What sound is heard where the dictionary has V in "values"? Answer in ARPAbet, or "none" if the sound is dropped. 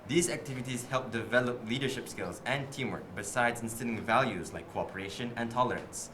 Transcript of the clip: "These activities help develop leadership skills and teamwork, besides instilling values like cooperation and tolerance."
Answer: V